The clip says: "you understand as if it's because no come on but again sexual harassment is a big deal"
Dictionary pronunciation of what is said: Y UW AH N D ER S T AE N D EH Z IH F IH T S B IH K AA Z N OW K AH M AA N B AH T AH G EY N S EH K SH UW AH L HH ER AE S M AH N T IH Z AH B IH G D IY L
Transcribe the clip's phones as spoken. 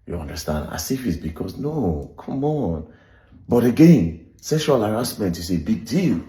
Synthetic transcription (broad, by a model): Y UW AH N D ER S T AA N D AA S IH F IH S B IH K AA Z N OW K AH M AA N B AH T AH G EY N S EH SH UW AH L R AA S M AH N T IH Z AH B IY G D IY L